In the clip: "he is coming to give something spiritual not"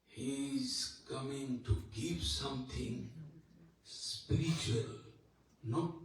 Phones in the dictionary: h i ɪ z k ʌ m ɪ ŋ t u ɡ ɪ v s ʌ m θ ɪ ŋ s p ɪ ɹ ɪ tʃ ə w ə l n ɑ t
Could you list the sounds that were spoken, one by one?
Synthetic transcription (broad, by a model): h i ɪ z k ʌ m ɪ ŋ t u ɡ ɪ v s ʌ m t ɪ ŋ s p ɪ ɹ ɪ tʃ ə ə l n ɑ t